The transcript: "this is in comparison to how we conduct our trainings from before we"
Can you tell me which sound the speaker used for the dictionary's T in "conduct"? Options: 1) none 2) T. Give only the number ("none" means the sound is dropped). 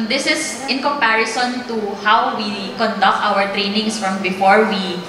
2